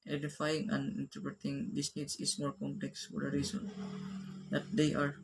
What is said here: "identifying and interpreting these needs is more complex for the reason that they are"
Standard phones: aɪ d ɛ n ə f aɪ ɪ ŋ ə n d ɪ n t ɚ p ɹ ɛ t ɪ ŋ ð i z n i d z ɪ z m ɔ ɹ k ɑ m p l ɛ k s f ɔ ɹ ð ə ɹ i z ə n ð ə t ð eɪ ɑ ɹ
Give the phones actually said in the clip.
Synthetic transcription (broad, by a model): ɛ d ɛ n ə f aɪ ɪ ŋ ə n d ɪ n t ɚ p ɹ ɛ t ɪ ŋ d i s n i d s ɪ s m ɔ ɹ k ɑ m p l ɛ k s f ɔ ɹ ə ɹ i s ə n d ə t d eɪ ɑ ɹ